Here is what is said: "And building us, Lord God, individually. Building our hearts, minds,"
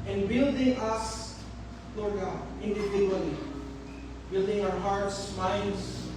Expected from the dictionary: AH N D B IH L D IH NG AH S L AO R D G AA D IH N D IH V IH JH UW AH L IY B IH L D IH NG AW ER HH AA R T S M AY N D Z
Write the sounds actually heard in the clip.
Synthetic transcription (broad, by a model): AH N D B IH L D IH NG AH S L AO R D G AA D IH N D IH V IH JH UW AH L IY B IH L D IH NG AW ER HH AA R T S M AY N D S